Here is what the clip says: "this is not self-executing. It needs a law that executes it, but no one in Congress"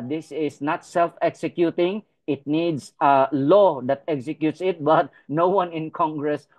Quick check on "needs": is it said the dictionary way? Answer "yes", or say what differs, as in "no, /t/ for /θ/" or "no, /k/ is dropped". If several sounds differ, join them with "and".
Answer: no, /s/ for /z/